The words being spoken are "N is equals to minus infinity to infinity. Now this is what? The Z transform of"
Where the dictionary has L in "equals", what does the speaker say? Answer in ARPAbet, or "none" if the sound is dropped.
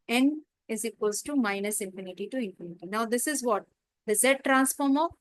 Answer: none